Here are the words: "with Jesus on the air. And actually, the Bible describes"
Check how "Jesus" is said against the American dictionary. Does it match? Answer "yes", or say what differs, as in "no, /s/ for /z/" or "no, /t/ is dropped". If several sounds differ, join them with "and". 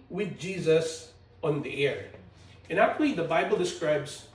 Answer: yes